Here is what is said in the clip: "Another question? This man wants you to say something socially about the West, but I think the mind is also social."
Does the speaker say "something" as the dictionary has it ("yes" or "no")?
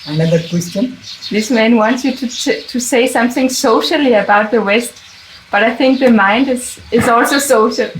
yes